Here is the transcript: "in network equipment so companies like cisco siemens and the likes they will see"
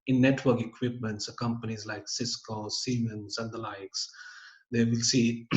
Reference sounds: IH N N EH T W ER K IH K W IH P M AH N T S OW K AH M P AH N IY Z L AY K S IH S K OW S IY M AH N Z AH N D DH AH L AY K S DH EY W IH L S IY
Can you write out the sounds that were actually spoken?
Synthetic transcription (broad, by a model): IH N N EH T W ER K IH K W IH P M AH N T S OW K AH M P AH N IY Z L AY K S IH S K OW S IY M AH N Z AH N D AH L AY K S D EY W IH L S IY